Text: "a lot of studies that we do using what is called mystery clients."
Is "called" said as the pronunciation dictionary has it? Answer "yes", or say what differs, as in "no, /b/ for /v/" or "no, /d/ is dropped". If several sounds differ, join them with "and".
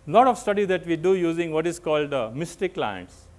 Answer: yes